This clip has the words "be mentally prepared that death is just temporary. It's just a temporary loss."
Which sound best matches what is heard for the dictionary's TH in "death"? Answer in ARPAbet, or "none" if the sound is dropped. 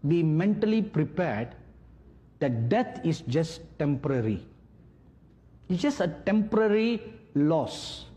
T